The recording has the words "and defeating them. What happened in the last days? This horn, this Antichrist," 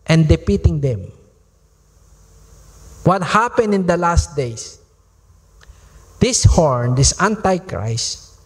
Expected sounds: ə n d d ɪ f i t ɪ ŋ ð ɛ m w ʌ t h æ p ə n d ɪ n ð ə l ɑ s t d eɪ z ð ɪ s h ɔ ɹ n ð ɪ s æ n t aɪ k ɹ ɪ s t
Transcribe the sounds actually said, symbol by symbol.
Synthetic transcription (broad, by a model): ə n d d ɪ p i t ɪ ŋ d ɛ m w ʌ t h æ p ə n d ɪ n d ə l ɑ s t d eɪ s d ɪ s h ɔ ɹ n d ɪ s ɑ n t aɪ k ɹ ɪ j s